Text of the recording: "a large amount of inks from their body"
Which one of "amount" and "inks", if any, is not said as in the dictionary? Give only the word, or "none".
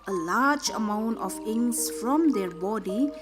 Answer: inks